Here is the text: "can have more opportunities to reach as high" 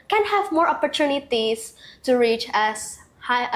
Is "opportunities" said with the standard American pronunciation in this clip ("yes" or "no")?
no